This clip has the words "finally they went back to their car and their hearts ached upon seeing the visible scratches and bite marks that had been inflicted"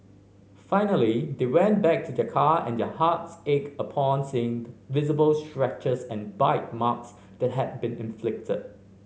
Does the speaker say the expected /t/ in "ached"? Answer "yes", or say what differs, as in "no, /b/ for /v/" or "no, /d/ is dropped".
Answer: no, /t/ is dropped